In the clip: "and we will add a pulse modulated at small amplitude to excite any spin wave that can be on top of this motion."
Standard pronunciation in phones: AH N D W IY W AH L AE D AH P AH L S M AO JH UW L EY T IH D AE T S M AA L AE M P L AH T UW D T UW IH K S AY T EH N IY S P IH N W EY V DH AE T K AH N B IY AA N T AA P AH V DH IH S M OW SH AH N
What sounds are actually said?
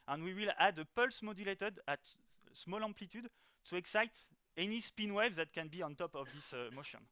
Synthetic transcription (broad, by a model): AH N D W IY W AH L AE D AH P AH L S M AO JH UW L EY T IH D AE T S M AA L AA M P L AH T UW D T UW IH K S AY T EH N IY S P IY N W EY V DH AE T K AH N B IY AA N T AA P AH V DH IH S M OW SH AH N